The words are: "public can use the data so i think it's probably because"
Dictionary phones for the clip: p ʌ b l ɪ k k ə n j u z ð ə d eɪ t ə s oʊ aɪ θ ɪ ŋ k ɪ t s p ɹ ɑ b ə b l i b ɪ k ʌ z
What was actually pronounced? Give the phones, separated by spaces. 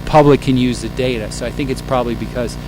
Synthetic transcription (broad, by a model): p ʌ b l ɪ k k ə n j u z ð ə d eɪ t ə s oʊ aɪ θ ɪ ŋ k ɪ t s p ɹ ɑ b ə b l i b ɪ k ʌ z